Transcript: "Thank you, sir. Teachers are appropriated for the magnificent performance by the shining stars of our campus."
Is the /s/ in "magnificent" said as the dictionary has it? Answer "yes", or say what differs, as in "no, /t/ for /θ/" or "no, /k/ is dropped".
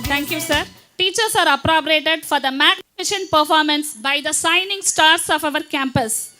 no, /ʃ/ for /s/